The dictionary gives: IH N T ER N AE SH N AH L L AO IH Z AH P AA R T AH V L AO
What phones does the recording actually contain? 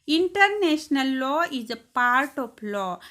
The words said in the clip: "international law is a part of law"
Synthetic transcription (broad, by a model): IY N T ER N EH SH N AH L L AO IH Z AH P AA R T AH P L AO